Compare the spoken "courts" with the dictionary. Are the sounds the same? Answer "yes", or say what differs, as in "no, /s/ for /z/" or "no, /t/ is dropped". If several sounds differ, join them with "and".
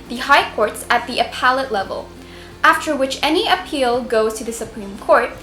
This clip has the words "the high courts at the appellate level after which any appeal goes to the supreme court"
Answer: yes